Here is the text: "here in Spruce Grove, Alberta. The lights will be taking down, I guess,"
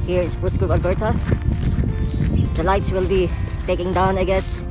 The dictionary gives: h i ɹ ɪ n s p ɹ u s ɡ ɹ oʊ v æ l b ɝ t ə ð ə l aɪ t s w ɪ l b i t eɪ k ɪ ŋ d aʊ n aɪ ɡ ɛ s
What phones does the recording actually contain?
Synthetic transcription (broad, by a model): h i ɹ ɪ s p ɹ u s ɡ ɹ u p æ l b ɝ t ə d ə l aɪ t s w ɪ l b i t eɪ k ɪ ŋ d aʊ n aɪ ɡ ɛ s